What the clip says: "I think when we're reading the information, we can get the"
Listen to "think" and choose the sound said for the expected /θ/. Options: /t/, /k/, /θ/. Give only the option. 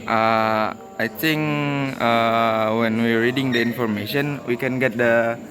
/t/